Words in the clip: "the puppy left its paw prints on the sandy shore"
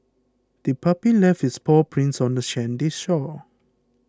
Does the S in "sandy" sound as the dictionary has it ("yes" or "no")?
no